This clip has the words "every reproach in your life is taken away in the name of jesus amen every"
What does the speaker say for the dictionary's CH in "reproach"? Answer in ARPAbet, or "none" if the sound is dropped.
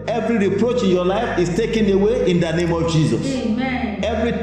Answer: CH